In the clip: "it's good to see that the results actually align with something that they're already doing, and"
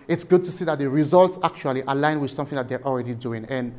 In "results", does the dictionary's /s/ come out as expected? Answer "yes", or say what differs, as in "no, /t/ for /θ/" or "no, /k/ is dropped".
yes